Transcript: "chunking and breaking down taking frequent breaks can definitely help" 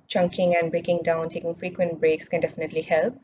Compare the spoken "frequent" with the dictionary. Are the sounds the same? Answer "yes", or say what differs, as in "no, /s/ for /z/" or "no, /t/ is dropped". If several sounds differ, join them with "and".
yes